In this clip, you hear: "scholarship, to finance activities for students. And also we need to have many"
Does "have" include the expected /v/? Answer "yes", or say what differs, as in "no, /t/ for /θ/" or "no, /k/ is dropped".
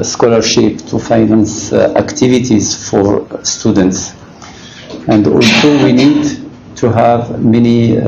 yes